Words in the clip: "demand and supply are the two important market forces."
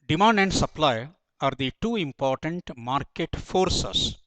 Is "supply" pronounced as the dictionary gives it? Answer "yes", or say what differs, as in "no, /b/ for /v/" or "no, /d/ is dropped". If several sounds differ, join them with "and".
yes